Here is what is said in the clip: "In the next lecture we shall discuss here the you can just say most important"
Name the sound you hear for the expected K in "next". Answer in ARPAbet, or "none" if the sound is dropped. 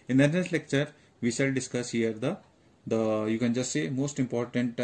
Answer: none